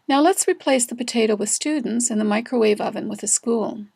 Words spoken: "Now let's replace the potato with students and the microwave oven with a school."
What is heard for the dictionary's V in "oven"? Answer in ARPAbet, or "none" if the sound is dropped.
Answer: V